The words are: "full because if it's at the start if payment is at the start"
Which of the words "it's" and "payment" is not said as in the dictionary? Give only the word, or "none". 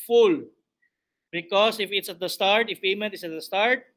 payment